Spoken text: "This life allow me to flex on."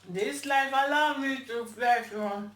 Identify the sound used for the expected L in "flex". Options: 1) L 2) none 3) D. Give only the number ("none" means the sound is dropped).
2